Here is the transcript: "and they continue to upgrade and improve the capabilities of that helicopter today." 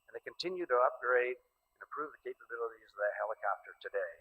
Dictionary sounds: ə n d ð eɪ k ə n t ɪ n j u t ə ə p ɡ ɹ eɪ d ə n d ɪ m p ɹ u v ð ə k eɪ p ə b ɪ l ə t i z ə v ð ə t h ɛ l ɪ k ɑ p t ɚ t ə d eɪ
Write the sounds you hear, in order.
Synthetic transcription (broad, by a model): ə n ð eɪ k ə n t ɪ n j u t ə ə p ɡ ɹ eɪ d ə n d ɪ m p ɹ u v ð ə k eɪ p ə b ɪ l ə t i z ə v ð ə t h ɛ l ɪ k ɑ p t ɚ t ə d eɪ